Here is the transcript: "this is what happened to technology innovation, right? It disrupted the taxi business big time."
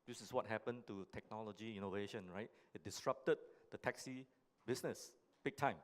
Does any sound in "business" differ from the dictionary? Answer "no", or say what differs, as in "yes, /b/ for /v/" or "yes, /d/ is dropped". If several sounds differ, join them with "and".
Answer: yes, /s/ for /z/